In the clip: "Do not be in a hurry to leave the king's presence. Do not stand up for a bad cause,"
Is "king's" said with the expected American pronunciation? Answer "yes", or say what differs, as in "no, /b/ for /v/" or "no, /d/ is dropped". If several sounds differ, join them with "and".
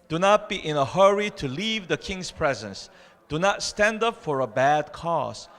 no, /s/ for /z/